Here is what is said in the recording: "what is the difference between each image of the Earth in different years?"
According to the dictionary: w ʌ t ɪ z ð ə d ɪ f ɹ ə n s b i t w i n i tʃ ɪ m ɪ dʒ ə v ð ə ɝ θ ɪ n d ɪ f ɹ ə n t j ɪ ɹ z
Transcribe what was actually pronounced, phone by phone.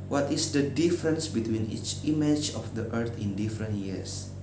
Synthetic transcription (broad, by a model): w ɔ t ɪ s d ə d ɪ f ɹ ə n s b i t w i n i tʃ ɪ m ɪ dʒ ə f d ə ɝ t ɪ n d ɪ f ɹ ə n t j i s